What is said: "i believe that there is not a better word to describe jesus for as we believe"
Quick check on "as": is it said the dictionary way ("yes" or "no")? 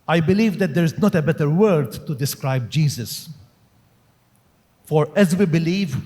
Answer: yes